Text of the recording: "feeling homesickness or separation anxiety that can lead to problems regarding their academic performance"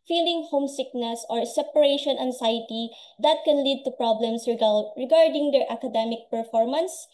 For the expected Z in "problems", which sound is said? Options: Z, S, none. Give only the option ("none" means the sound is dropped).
S